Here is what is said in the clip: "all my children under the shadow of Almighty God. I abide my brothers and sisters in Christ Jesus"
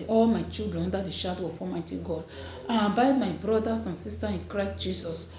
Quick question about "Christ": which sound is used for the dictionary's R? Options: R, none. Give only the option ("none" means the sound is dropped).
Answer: R